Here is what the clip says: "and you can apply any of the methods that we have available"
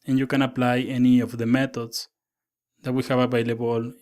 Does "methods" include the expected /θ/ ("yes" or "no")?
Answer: no